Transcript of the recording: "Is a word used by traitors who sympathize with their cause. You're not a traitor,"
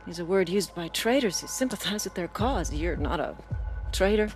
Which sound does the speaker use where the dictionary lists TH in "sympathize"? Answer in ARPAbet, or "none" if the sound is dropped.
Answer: TH